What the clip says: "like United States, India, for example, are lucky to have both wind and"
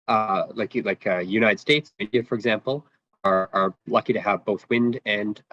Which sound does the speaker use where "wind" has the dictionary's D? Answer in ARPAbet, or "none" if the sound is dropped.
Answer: D